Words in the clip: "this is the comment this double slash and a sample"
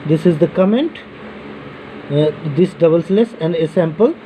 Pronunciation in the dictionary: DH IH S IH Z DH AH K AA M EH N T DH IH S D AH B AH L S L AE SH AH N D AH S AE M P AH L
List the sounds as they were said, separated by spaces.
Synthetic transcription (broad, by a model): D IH S IH Z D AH K AA M EH N T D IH S D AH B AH L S L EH S AH N D AH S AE M P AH L